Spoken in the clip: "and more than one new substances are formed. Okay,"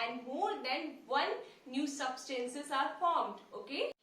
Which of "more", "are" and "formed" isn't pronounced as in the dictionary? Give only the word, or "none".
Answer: none